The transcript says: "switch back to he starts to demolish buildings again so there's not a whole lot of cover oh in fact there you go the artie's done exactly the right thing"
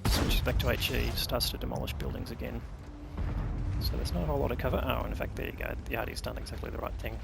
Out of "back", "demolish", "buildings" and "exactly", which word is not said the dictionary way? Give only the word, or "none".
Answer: none